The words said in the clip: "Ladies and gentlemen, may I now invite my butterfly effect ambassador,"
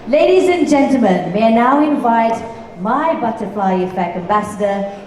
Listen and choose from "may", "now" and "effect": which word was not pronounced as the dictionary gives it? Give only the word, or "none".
effect